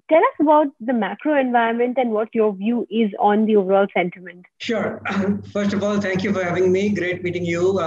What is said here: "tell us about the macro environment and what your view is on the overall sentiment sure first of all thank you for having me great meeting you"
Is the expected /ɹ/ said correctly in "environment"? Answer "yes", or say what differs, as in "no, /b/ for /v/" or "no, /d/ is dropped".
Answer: no, /ɹ/ is dropped